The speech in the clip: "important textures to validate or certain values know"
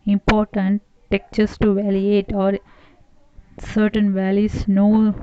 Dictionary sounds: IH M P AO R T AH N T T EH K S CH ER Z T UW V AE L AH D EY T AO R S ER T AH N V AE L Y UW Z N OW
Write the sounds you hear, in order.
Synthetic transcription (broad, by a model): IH M P AO R T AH N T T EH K CH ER S T UW V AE L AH EY T AO R S ER T AH N V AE L Y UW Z N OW